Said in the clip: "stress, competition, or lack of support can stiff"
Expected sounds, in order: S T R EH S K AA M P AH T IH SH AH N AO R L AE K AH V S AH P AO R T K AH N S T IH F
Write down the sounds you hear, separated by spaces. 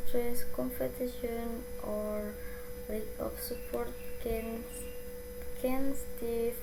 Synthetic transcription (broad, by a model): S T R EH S K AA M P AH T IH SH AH N AO R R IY AH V S AH P AO R T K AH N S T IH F